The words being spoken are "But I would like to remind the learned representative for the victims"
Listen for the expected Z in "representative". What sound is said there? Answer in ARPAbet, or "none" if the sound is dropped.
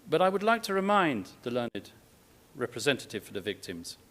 Z